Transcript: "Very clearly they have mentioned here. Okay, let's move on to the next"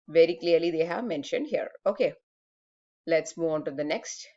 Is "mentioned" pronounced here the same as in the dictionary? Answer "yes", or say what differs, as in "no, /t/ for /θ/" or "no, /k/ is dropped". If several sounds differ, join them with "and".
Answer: yes